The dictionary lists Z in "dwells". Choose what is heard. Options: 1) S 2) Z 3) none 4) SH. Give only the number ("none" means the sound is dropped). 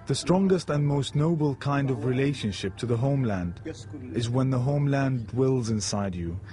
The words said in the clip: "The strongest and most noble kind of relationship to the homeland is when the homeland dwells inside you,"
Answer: 2